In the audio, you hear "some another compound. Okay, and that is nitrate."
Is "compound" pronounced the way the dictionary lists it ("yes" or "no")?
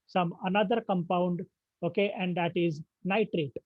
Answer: yes